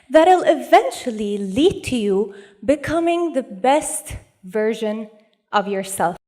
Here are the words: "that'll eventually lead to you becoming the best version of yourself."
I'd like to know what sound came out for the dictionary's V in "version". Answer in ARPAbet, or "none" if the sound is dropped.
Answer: V